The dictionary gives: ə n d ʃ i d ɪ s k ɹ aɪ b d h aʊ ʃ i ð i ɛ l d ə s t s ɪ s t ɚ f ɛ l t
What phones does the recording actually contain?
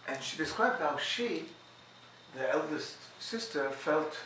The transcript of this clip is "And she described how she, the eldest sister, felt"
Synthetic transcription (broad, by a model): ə n ʃ i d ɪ s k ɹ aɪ d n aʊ ʃ i ð i ɛ l d ə s t s ɪ s t ɚ f ɛ l t